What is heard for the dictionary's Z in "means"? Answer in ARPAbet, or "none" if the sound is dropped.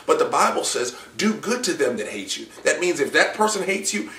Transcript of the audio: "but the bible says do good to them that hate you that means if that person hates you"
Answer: Z